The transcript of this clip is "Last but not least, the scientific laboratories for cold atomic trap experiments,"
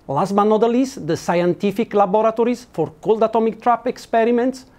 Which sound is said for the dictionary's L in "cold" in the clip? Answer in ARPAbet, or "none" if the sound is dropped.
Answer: L